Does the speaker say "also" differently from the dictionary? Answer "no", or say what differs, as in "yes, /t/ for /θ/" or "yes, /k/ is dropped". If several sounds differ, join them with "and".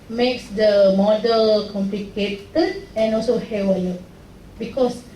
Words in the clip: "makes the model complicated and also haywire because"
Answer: no